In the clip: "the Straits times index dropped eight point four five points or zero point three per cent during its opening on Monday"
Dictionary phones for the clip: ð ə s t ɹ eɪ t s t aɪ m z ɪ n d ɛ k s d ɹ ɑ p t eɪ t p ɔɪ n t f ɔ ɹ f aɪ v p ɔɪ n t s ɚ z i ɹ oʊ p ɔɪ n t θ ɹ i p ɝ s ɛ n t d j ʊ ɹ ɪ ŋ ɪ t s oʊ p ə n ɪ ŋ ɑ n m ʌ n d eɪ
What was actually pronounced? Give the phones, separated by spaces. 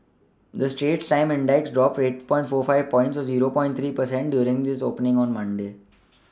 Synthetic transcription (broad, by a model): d ə s t eɪ t s t aɪ m ɪ n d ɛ k s d ɹ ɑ p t eɪ t p ɔɪ n t f ɔ ɹ f aɪ v p ɔɪ n t s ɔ z i ɹ oʊ p ɔɪ n t ɹ i p ɝ s ɛ n t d j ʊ ɹ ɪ ŋ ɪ s oʊ p ə n ɪ ŋ ɑ n m ʌ n d eɪ